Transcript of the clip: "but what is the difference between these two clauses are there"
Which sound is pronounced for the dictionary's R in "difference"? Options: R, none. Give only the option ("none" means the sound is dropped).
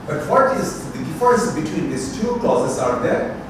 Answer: none